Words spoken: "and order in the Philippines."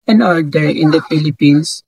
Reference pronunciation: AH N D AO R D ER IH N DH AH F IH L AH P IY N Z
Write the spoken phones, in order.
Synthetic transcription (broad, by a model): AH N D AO L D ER IH N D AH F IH L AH P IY N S